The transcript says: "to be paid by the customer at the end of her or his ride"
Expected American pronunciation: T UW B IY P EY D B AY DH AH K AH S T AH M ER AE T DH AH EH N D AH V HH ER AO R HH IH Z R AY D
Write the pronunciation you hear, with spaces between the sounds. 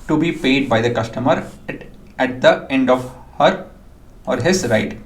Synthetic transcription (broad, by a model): T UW B IY P EY D B AY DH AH K AH S T AH M ER AE T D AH EH N D AH V HH ER AO R HH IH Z R AY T